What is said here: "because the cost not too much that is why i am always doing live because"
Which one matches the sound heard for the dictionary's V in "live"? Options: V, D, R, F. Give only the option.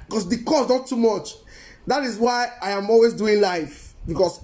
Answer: F